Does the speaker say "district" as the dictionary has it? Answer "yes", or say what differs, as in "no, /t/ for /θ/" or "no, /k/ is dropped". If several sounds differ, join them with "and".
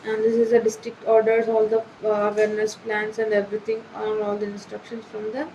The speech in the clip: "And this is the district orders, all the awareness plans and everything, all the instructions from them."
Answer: yes